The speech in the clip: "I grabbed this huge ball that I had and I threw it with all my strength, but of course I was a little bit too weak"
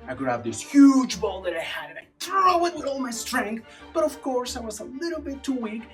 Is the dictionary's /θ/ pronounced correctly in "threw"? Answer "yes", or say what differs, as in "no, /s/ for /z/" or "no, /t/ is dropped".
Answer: no, /t/ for /θ/